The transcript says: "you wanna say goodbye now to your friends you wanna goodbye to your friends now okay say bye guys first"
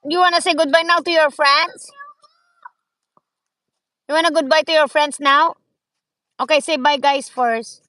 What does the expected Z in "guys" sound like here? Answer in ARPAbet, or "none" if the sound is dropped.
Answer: S